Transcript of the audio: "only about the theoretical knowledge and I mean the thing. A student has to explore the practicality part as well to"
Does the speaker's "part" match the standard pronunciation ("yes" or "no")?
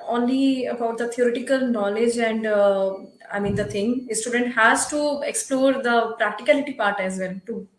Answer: yes